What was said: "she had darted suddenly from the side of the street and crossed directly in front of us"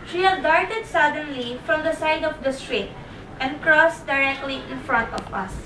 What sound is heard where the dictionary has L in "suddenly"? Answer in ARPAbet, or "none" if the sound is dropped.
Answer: L